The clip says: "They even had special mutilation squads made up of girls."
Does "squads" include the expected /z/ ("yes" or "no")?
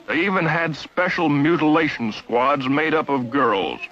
yes